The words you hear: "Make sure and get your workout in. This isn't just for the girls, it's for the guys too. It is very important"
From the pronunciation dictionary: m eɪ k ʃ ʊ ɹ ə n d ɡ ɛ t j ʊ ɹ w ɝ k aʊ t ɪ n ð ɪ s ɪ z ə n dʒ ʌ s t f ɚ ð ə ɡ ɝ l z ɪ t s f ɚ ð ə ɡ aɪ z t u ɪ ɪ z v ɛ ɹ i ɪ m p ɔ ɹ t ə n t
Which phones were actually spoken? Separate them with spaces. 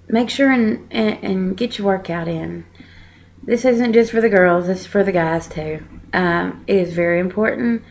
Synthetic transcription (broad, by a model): m eɪ k ʃ ʊ ɹ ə n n ɡ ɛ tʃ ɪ w ɝ k aʊ t ɪ n ð ɪ s ɪ z ə n dʒ ʌ s t f ɚ ð ə ɡ ɝ l z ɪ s f ɚ ð ə ɡ aɪ z t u ɪ ɪ z v ɛ ɹ i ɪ m p ɔ ɹ t n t